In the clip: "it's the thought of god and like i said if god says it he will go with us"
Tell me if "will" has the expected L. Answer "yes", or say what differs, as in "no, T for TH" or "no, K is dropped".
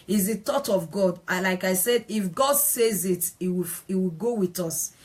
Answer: no, W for L